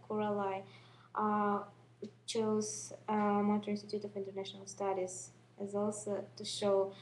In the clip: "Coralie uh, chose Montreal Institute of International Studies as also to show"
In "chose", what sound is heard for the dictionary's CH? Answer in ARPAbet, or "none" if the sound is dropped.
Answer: CH